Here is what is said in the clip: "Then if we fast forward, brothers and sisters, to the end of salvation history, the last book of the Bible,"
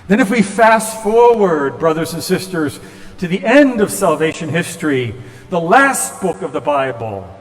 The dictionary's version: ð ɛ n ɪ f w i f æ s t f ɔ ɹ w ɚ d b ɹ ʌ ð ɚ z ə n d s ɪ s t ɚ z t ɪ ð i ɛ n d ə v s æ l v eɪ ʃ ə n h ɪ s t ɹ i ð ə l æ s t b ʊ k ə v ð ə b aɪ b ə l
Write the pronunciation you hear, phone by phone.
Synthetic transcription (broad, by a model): ð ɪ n ɪ f w i f æ s f ɔ ɹ w ɚ d b ɹ ʌ ð ɚ z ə n s ɪ s t ɚ z t ɪ ð i ɛ n d ə v s æ l v eɪ ʃ ə n h ɪ s t ɹ i ð ə l æ s t b ʊ k ə v ð ə b aɪ b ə l